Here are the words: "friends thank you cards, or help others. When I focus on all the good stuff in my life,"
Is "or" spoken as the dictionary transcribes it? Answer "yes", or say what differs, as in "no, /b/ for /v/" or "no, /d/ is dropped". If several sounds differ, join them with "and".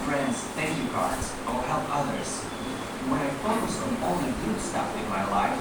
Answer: no, /l/ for /ɹ/